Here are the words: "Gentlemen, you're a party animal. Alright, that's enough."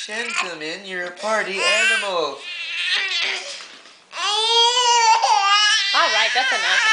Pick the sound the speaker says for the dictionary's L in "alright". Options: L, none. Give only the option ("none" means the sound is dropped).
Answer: L